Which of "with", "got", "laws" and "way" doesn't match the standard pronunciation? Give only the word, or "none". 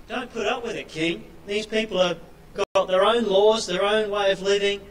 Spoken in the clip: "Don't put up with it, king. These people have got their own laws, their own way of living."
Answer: none